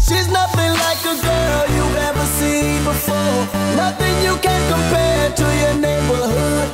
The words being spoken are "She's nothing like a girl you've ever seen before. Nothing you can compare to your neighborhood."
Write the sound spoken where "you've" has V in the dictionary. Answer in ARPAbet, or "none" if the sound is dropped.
none